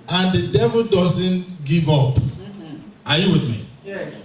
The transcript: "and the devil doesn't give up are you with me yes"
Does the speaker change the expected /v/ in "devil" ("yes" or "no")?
no